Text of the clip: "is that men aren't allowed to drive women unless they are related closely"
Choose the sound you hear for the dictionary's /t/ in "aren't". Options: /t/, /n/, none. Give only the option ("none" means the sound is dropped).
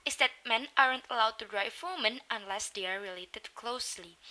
/t/